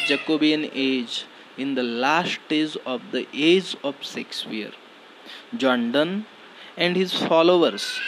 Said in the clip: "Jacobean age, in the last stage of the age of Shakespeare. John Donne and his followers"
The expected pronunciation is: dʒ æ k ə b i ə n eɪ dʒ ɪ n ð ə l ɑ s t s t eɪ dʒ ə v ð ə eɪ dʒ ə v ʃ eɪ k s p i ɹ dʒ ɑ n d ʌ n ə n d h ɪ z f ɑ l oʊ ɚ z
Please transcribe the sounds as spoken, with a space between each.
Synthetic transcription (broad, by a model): dʒ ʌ k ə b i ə n eɪ dʒ ɪ n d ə l ɑ s t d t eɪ z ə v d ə eɪ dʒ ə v s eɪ k s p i ɹ dʒ ɑ n d ʌ n ə n d h ɪ z f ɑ l oʊ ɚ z